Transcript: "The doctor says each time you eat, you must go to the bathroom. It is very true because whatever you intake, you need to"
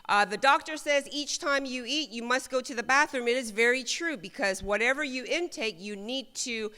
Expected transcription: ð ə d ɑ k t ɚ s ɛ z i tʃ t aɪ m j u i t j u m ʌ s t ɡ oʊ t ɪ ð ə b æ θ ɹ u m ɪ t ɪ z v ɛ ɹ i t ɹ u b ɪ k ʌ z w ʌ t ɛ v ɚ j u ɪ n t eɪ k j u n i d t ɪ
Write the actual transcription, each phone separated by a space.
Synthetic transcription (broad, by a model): ð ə d ɑ k t ɚ s ɛ z i tʃ t aɪ m j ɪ i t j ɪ m ʌ s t ɡ oʊ t ɪ ð ə b æ θ ɹ u m ɪ t ɪ z v ɛ ɹ i t ɹ u b ɪ k ʌ z w ʌ t ɛ v ɚ j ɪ ɪ n t eɪ k j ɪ n i d t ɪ